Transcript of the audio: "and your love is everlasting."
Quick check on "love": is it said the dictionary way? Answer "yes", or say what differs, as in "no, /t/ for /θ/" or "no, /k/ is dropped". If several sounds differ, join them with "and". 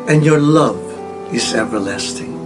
yes